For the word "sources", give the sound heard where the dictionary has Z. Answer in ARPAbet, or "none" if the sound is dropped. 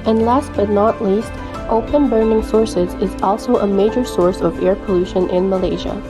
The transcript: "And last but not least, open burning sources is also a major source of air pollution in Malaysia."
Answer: Z